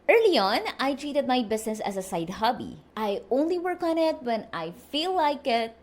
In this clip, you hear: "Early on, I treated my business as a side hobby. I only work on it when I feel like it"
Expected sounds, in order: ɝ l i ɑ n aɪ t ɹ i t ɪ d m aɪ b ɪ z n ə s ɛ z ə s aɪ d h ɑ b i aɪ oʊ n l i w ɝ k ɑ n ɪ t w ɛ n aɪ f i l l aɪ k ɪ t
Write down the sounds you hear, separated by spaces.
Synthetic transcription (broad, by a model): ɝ l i ɑ n aɪ t ɹ i t ɪ d m aɪ b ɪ s n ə s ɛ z ə s aɪ d h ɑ b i aɪ oʊ n l i w ɝ k ɑ n ɪ t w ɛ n aɪ f i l l aɪ k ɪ t